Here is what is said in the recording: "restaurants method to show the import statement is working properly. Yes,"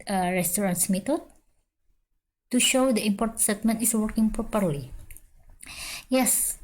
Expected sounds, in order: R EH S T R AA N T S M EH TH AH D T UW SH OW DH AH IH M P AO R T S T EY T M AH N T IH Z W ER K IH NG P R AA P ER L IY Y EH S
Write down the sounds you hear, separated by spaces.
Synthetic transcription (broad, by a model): R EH S T R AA N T S M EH T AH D T UW SH OW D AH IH M P AO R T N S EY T M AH N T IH S W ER K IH NG P R AA P ER L IY Y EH S